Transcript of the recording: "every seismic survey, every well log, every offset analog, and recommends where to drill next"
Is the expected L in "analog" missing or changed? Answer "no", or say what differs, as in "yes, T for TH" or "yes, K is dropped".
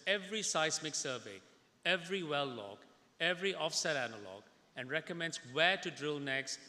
no